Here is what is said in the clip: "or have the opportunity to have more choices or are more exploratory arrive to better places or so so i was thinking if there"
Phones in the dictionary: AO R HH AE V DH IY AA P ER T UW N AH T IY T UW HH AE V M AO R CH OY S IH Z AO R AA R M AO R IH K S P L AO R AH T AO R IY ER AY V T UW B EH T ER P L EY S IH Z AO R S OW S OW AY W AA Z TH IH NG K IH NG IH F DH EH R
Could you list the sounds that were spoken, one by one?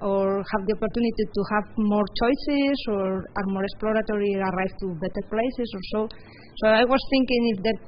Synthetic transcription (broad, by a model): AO R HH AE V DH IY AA P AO T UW N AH T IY T UW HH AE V M AO R CH OY S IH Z AO R AA R M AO R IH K S P L AO R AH T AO R IY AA AY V T UW B EH T ER P L EY S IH S AO R S OW S OW AY W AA S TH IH NG K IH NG IH F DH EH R